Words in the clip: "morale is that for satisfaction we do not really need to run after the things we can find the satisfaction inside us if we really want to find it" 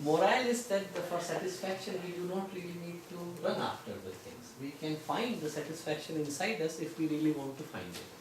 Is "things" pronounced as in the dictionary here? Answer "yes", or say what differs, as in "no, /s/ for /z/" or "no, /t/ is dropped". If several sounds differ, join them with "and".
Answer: no, /t/ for /θ/